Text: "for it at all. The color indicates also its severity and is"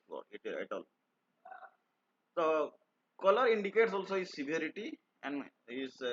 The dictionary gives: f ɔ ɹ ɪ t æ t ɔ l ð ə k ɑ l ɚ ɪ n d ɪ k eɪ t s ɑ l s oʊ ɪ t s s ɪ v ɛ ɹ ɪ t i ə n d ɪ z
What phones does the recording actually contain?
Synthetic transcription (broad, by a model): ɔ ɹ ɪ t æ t ɔ l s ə k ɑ l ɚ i n d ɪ k eɪ t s ɑ l s oʊ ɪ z s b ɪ ɔ ɹ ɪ t i ə n d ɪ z